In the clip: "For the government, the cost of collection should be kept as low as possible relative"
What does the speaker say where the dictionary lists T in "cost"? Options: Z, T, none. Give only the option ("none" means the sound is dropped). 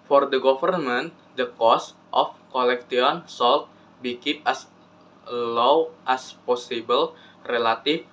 T